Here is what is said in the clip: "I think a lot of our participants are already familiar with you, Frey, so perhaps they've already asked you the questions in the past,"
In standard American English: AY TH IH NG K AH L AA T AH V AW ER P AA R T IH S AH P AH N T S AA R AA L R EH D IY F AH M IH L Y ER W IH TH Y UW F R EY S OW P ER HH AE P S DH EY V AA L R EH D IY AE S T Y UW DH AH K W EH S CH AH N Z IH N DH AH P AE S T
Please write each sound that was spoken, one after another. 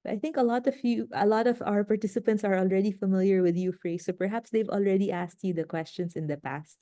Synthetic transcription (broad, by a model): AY T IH NG K AH L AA T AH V AW ER P AA R T IH S AH P AH N T S AA R AA L R EH D IY F AH M IH L Y ER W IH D Y UW F R EY S OW P ER HH AE P S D EY V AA L R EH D IY AE S T Y UW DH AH K W EH S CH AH N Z IH N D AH P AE S T